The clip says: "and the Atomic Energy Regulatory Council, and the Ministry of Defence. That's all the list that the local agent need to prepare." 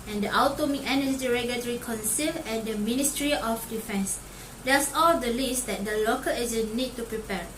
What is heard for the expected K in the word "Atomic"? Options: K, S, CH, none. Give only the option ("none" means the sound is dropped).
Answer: none